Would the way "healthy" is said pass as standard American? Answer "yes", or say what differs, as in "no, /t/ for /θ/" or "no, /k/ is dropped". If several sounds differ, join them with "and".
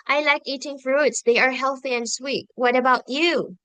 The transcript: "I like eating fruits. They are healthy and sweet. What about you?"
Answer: yes